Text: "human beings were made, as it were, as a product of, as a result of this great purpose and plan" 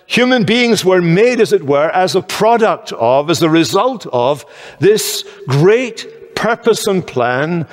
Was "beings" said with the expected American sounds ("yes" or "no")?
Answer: yes